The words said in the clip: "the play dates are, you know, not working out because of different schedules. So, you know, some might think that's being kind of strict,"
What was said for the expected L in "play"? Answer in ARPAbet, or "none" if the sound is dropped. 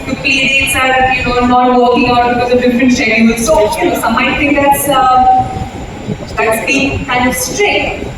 none